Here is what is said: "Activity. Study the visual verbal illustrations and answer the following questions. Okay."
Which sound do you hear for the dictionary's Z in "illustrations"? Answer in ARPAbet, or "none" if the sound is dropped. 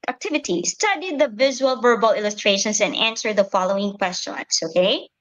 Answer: S